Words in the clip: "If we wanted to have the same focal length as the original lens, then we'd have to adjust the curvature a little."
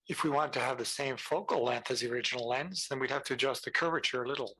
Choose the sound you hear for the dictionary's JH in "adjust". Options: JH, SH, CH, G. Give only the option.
JH